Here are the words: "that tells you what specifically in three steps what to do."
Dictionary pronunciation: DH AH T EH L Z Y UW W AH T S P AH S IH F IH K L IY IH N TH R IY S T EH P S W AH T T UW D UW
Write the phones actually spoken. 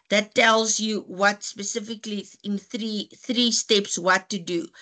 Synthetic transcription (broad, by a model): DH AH T EH L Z Y UW W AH T S P AH S IH F IH K L IY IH N TH R IY S T EH P S W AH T T UW D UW